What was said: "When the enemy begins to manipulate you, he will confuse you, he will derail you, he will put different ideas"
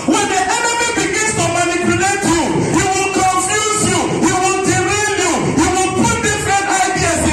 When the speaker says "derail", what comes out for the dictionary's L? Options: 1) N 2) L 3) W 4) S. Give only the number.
1